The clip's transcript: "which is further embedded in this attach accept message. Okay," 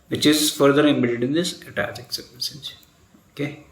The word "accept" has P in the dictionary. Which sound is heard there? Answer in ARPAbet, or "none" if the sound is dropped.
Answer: none